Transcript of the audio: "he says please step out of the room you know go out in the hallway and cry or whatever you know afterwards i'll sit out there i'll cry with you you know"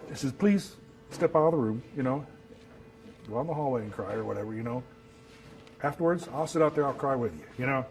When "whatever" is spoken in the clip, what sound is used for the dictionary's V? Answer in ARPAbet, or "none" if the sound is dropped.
V